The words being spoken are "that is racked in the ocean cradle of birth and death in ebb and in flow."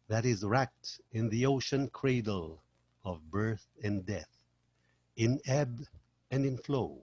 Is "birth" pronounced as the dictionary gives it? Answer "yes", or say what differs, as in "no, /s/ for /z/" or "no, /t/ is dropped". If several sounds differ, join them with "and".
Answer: yes